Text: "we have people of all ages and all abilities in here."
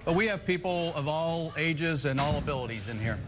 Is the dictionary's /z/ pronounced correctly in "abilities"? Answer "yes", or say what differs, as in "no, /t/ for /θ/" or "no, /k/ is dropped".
yes